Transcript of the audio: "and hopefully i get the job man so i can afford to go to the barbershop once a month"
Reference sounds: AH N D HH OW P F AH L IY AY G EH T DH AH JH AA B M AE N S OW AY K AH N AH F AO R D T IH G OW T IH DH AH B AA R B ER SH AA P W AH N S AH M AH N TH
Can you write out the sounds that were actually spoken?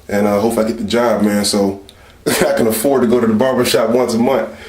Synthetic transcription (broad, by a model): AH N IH HH OW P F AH IY G EH T DH AH JH AA B M AE N S OW AY K AH N AH F AO R D T IH G OW T IH DH AH B AA R B ER SH AA P W AH N S AH M AH N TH